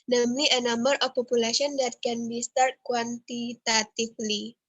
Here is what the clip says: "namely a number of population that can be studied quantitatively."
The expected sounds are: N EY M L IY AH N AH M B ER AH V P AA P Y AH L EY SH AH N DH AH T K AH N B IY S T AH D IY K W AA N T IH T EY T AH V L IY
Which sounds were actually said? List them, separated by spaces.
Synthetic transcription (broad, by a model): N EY M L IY AH N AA M ER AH F P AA P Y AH L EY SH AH N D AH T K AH N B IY S T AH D K W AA N T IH T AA T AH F L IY